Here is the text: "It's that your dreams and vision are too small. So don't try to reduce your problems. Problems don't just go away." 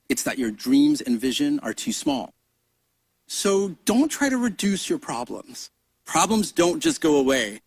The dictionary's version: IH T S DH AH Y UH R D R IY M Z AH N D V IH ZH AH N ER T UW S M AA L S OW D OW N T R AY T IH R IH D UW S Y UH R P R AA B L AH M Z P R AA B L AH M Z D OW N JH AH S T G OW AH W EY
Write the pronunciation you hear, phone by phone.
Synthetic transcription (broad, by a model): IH T S DH AH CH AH R D R IY M Z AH N V IH ZH AH N ER T UW S M AA L S OW D OW N T R AY T IH R IH D UW S Y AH R P R AA B L AH M Z P R AA B L AH M Z D OW N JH AH S G OW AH W EY